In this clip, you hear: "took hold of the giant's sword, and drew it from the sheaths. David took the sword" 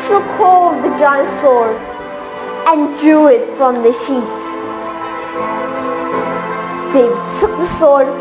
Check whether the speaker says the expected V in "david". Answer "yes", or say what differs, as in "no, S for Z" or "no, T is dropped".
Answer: no, V is dropped